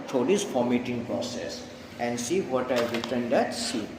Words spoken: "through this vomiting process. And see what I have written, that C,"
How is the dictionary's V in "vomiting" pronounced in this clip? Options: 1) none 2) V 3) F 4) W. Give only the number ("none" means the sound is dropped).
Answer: 3